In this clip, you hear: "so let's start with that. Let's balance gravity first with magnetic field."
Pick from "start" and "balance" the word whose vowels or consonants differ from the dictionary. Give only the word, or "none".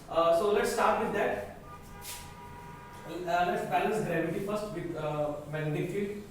balance